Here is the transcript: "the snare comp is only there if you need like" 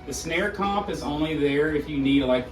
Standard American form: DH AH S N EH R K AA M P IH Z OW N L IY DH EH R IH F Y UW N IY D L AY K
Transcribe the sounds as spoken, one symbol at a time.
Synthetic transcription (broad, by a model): DH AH S N EH R K AA P IH Z OW N L IY DH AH R IH F Y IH N IY D L AY K